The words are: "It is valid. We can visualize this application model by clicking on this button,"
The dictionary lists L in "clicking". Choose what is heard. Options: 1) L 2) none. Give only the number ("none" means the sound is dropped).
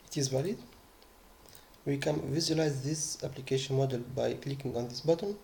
1